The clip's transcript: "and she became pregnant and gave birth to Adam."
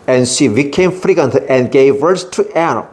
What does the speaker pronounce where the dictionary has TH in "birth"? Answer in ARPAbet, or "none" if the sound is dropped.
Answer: S